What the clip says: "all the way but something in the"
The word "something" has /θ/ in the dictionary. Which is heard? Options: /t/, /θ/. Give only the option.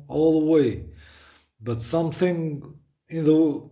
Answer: /θ/